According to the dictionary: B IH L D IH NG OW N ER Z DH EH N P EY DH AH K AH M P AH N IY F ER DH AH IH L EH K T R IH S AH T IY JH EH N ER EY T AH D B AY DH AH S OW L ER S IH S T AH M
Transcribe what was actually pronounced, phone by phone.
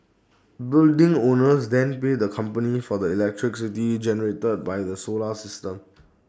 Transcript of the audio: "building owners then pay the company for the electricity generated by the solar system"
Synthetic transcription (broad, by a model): B IH L D IH NG OW N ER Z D EH N P EY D AH K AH M P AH N IY F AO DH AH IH L EH K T R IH S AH T IY JH EH N ER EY T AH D B AY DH AH S OW L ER S IH S T AH M